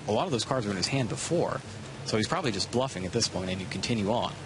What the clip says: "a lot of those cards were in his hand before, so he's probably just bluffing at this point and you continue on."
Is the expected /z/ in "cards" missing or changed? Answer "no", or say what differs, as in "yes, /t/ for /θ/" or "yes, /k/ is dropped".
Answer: no